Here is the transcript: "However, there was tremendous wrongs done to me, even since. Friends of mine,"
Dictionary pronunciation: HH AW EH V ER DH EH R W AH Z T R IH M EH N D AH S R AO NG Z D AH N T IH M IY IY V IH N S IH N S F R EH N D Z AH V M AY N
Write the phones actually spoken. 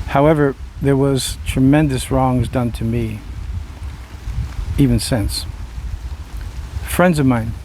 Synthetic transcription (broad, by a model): HH AW EH V ER DH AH R W AH Z T R IH M EH N D AH S R AO NG Z D AH N T IH M IY IY V IH N S IH N S F R EH N D Z AH V M AY N